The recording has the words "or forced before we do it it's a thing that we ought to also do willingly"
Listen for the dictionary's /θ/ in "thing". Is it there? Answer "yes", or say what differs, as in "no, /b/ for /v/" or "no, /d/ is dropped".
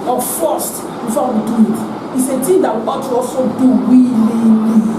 no, /t/ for /θ/